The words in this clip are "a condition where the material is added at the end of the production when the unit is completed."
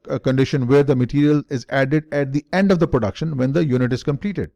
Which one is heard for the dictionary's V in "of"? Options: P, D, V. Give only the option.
V